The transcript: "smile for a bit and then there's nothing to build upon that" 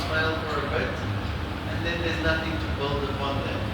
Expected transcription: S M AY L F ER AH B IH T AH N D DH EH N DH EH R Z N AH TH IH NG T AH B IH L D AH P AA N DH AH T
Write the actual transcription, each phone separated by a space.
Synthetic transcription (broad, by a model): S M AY L P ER AH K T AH N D DH EH N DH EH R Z N AH TH IH NG T AH B IH L D AH P AA N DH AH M